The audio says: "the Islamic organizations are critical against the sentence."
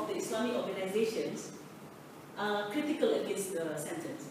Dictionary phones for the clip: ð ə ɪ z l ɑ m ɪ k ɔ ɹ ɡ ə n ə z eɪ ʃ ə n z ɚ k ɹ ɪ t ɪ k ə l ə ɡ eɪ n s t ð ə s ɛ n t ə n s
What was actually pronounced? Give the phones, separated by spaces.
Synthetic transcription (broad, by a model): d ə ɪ s l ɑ m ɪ k ɔ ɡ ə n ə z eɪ ʃ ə n s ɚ k ɹ ɪ t ɪ k ə l ə ɡ eɪ n s t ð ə s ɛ n t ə n s